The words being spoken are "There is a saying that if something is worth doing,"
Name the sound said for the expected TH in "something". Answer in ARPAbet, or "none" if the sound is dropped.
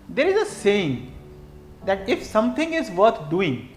T